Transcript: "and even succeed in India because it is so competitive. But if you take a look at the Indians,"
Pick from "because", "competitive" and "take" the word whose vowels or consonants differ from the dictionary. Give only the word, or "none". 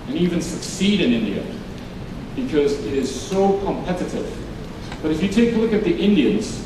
none